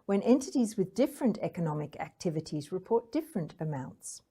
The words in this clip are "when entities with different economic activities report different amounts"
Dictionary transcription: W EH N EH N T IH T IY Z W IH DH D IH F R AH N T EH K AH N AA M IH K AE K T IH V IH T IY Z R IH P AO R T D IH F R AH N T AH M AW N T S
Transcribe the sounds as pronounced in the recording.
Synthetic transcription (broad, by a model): W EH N EH N T IH T IY Z W IH DH D IH F R AH N T EH K AH N AA M IH K AE K T IH V IH T IY Z R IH P AO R T D IH F R AH N T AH M AW N T S